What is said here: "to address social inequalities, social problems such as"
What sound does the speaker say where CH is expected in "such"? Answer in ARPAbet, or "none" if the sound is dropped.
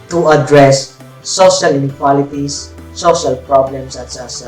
S